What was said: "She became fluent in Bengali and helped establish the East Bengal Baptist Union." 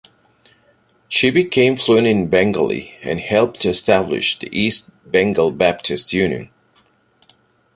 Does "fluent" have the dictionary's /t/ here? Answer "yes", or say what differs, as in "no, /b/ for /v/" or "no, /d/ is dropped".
no, /t/ is dropped